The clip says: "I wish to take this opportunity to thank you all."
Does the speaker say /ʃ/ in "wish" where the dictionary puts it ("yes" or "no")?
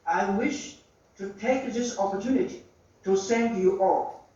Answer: yes